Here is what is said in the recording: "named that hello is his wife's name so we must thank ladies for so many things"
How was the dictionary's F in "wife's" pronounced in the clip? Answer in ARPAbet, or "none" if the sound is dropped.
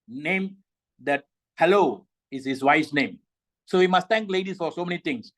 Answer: none